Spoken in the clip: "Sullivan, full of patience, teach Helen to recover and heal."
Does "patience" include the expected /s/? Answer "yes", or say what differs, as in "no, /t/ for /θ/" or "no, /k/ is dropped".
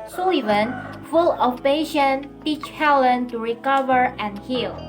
no, /s/ is dropped